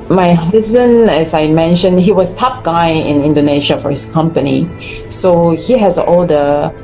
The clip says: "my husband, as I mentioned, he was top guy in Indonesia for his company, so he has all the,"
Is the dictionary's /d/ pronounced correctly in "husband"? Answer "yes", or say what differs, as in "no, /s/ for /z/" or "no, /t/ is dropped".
no, /d/ is dropped